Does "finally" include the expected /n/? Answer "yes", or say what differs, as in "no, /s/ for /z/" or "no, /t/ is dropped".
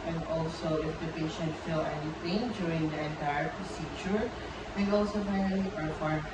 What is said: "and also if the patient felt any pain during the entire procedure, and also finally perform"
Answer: no, /n/ is dropped